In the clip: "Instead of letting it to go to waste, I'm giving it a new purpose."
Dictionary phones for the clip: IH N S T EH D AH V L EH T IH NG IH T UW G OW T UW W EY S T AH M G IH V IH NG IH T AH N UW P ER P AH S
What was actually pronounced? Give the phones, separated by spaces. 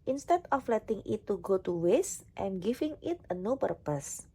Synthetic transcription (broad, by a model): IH N S T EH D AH F L EH T IH NG IH T UW G OW T UW W EY S T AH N G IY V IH NG IH T AH N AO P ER P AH S